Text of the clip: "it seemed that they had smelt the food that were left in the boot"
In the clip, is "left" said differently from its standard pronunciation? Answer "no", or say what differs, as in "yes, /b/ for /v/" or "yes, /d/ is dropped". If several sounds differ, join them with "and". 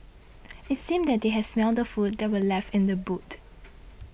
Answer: no